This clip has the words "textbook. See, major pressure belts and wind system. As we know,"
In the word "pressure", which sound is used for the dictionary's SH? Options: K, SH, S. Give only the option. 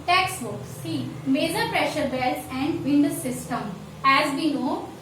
SH